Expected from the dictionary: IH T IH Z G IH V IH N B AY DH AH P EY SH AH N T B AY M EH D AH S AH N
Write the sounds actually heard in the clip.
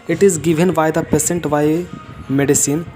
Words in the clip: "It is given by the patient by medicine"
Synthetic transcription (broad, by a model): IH T IH Z G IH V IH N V AY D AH P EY S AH N T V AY M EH D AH S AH N